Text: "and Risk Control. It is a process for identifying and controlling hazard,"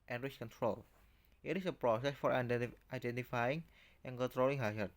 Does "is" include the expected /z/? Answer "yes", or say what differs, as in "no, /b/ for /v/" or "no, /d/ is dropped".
no, /s/ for /z/